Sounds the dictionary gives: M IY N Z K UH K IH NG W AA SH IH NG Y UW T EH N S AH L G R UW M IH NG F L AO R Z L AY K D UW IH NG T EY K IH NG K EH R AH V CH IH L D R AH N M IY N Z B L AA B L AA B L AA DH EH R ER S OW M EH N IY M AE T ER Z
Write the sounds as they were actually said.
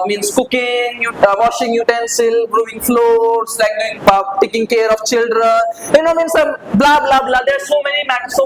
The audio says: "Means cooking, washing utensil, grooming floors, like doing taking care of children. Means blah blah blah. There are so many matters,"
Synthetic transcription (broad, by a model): M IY N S K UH K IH NG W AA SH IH NG Y UW T EH N S AH L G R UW IH NG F L AO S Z L AY K D UW IH NG T EY K IH NG K EH R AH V CH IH L D R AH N M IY N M B L AA B L AA B L AA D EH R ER S OW M EH N IY M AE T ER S